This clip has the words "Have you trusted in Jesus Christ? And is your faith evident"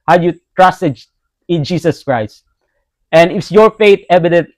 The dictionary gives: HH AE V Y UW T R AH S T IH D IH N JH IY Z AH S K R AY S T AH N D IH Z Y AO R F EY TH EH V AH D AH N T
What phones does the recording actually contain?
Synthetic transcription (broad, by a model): HH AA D Y UW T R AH S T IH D IH N JH IY S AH S K R AY S T AH N D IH S Y AO R F EY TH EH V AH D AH N T